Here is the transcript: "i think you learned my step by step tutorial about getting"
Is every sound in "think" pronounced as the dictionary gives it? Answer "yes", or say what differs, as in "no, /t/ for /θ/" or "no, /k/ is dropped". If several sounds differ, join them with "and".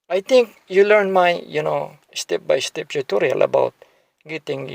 no, /t/ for /θ/